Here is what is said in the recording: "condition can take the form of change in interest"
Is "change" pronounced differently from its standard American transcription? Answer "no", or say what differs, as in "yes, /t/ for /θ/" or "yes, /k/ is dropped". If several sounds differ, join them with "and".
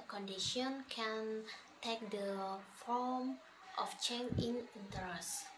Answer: yes, /dʒ/ is dropped